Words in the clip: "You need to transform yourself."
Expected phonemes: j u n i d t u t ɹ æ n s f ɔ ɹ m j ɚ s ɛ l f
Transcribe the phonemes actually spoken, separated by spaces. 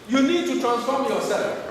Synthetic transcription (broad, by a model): j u n i d t u t ɹ æ n s f ɔ ɹ m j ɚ s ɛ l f